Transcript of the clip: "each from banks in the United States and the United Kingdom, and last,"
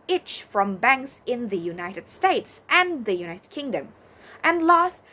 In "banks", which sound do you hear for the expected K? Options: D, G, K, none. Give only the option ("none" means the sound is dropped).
K